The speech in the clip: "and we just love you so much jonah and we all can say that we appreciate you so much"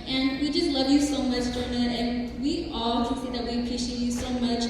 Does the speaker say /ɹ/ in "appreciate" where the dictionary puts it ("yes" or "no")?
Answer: no